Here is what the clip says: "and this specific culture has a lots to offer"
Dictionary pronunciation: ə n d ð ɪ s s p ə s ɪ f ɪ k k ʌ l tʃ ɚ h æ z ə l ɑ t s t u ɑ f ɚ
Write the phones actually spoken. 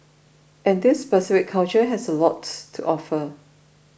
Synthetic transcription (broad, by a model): ə n d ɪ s s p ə s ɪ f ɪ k k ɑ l tʃ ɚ h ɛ s ə l ɑ t t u ɑ f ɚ